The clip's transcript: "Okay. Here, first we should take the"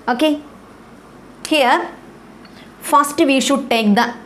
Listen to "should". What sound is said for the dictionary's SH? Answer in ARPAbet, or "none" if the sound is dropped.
SH